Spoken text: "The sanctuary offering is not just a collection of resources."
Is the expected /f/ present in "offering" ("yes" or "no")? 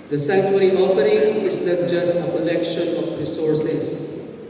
no